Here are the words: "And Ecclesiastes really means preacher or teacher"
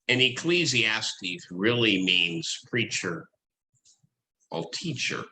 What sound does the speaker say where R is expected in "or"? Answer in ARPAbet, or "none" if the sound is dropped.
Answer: L